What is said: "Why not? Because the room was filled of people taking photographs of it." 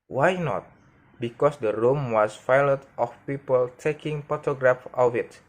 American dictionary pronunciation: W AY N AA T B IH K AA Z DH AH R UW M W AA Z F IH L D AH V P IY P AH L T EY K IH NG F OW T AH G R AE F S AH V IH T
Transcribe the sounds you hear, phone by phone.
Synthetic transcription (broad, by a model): W AY N AA T B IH K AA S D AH R UW M W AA S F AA L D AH F P IY P AH L T EY K IH NG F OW T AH G R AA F AH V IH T